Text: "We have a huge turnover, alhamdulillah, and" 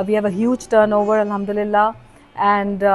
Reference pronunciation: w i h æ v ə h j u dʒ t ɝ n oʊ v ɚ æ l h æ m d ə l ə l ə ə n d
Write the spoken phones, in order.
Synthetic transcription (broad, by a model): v i h æ v ə h j u dʒ t ɝ n oʊ v ɚ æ l h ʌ m d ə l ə l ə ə n d